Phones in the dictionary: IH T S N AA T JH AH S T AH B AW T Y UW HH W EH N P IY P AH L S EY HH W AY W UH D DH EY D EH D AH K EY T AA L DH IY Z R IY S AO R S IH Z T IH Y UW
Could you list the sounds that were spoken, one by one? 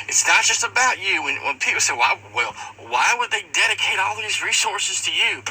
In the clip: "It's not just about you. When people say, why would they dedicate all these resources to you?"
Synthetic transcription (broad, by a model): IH T S N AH T JH AH S T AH B AW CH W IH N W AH N P IY P L S EY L W AY W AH D DH EY D EH D AH K EY T AA L DH IY Z R IY S AO R S IH Z T IH Y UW